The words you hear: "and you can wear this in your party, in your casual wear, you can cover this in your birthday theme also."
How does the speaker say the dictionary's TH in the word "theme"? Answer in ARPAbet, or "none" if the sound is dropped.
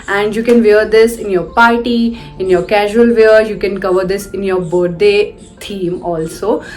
T